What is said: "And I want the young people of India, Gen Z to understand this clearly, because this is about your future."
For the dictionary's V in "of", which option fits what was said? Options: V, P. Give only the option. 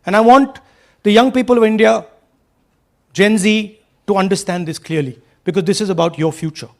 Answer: V